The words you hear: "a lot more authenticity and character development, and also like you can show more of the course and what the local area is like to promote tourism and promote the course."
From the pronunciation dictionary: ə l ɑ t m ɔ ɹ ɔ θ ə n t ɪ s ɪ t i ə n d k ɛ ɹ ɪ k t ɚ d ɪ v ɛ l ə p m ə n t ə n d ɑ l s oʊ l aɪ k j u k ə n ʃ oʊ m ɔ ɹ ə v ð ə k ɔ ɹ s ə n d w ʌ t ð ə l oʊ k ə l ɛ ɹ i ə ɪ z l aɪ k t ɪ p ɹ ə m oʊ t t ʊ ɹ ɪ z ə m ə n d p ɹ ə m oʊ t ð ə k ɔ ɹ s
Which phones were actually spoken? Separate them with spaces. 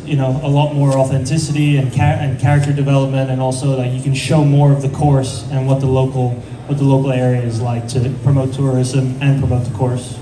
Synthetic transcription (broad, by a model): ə l ɑ t m ɔ ɹ ɔ θ ə n t ɪ s ɪ t i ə n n k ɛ ɹ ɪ k t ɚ d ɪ v ɛ l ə p m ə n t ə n ɑ l s oʊ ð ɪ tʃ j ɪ k ə n ʃ oʊ m ɔ ɹ ə v ð ə k ɔ ɹ s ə n w ʌ t ð ə l oʊ k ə l ɛ ɹ i ə ɪ z l aɪ k t ɪ p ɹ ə m oʊ t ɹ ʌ ɹ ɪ z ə m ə n p ɹ ə m oʊ t ð ə k ɔ ɹ s